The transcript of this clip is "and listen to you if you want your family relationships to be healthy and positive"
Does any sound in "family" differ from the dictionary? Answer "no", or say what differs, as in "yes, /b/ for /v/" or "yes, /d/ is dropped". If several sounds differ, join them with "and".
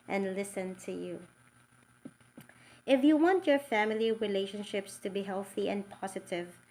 no